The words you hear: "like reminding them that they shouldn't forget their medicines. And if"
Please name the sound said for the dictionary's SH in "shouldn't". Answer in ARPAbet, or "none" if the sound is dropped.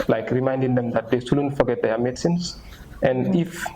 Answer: S